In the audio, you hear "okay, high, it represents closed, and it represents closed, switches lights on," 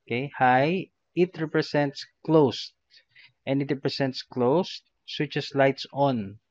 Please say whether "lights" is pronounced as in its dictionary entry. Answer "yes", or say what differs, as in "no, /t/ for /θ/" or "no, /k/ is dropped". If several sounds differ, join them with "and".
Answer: yes